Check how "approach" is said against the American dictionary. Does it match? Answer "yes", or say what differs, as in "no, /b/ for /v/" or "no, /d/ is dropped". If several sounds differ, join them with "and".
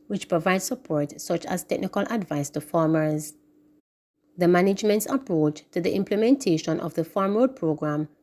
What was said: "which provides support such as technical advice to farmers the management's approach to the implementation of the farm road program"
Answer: yes